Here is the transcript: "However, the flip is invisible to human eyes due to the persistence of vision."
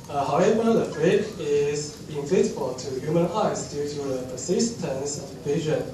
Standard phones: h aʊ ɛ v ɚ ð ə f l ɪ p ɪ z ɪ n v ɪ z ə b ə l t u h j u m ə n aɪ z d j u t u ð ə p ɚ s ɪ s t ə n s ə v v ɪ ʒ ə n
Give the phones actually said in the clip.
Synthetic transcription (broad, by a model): h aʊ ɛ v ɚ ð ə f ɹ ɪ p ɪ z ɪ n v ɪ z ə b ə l t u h j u m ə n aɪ s d j u t u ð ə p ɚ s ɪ s t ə n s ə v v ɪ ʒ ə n